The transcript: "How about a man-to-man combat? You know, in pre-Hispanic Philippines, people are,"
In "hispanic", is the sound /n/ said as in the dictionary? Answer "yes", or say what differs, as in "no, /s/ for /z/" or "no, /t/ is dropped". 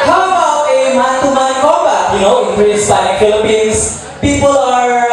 no, /n/ is dropped